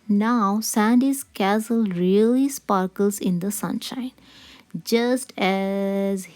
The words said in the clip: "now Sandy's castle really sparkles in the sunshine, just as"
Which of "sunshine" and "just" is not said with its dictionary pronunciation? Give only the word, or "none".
none